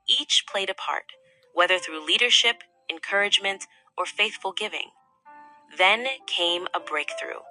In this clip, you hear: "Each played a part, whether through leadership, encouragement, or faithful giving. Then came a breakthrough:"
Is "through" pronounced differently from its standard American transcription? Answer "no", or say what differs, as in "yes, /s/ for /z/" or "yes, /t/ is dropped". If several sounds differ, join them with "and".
no